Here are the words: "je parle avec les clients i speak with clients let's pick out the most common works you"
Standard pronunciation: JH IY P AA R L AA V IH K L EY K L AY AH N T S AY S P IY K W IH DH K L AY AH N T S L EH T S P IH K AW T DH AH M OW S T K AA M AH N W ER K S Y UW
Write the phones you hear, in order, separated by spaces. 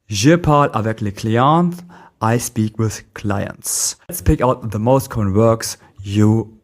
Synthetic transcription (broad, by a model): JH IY P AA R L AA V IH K L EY K L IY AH N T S AY S P IY K W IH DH K L AY AH N T S T S P IH K AW T DH AH M OW S T K AA M AH N W ER K S Y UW